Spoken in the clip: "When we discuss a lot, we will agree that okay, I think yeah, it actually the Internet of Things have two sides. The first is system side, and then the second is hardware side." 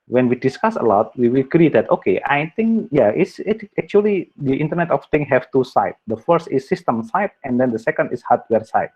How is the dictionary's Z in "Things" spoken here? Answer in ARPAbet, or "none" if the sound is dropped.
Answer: none